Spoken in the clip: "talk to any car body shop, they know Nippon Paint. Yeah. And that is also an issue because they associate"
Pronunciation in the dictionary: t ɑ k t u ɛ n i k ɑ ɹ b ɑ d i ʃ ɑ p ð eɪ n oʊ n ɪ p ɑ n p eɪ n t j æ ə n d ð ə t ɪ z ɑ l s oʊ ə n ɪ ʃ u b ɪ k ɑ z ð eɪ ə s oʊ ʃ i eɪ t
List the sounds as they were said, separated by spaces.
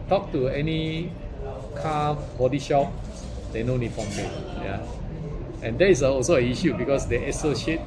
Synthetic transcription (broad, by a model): t ɑ k t u ɛ n i k ɑ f b ɑ d i ʃ ɑ p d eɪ n oʊ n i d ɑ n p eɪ t j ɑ ə n d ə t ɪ s ɑ l s oʊ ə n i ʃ u b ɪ k ɑ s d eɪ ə s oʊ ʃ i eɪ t